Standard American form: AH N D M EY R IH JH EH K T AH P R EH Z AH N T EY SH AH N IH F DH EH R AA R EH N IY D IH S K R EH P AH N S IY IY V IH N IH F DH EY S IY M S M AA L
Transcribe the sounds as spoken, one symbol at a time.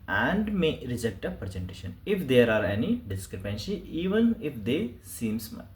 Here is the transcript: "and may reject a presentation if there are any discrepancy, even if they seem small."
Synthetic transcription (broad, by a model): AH N D M EY R IH JH EH K T AH P R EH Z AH N T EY SH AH N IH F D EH R AA R EH N IY D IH S K R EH P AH N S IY IY V IH N IH F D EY S IY M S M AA